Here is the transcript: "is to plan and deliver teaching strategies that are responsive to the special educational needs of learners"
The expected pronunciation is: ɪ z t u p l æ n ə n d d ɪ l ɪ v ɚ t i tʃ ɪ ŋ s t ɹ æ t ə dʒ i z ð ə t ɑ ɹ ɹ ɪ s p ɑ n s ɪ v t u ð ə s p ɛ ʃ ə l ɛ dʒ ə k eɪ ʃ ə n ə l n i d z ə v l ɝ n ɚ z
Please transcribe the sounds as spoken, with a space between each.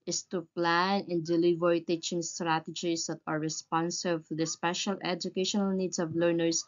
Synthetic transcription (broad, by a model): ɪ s t u p l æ n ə n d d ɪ l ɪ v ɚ t i tʃ ɪ ŋ s t ɹ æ t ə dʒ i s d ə t ɑ ɹ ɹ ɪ s p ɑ n s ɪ b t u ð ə s p ɛ ʃ ə l ɛ dʒ ə k eɪ ʃ ə n ə l n i d s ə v l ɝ n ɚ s